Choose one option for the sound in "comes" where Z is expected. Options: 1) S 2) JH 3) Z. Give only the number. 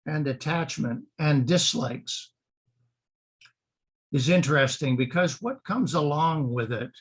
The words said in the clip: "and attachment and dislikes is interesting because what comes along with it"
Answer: 3